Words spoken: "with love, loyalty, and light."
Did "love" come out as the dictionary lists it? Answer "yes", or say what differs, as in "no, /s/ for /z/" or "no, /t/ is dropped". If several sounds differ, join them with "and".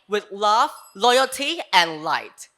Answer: no, /f/ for /v/